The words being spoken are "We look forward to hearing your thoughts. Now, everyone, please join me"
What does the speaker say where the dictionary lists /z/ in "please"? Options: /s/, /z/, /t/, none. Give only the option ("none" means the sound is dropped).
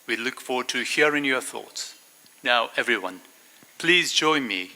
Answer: /z/